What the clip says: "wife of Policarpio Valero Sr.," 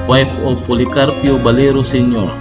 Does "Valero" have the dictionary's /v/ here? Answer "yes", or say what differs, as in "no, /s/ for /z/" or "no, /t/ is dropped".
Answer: no, /b/ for /v/